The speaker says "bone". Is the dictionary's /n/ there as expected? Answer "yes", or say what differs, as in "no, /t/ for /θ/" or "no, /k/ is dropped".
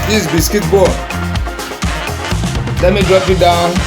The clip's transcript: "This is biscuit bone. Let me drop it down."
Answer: no, /l/ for /n/